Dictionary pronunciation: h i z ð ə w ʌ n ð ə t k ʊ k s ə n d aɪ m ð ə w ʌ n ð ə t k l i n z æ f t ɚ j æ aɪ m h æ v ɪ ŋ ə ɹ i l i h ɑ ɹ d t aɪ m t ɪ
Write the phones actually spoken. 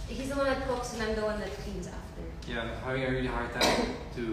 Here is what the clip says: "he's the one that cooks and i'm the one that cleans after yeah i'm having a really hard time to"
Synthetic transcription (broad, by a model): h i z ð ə w ʌ n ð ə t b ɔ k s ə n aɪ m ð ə w ʌ n ð ə t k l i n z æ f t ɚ j æ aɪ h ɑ ɪ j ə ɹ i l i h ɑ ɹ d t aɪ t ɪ